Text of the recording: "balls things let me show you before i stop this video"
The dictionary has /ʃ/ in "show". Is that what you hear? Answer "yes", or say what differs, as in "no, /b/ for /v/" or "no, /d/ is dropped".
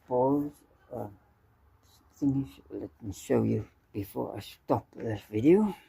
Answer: yes